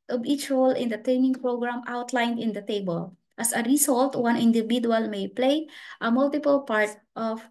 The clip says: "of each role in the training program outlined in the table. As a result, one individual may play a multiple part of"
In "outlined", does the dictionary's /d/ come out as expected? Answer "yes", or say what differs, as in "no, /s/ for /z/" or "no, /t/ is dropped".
yes